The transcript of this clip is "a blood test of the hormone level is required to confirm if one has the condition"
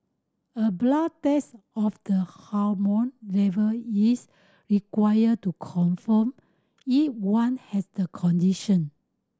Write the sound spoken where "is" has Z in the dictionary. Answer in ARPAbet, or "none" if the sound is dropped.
S